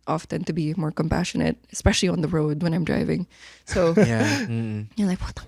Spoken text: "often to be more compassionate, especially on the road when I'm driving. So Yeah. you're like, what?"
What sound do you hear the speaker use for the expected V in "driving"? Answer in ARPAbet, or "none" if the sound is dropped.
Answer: V